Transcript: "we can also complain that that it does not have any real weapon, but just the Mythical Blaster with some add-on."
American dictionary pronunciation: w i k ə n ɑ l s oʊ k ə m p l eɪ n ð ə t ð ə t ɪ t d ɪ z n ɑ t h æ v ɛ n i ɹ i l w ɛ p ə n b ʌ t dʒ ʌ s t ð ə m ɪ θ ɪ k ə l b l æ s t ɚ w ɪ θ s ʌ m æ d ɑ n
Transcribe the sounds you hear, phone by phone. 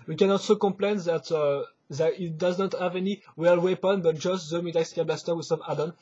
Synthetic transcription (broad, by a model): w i k ə n ɑ l s oʊ k ə m p l eɪ n ð ə t ð ə t ɪ t d ɪ z n ɑ t h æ v ɛ n i w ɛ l w ɛ p ə n b ʌ t dʒ ʌ s t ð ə m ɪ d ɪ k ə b l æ s t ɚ w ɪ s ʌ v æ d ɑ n